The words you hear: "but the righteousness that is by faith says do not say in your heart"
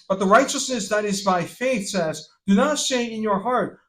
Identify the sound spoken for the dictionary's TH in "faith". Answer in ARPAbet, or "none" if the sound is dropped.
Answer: TH